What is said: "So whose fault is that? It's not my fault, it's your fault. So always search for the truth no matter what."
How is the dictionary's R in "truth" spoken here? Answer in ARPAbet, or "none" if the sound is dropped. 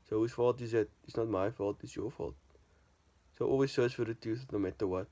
none